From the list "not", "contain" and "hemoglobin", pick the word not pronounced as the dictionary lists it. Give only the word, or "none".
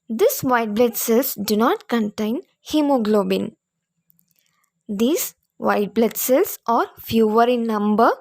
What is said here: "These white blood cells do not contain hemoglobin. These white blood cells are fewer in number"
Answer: none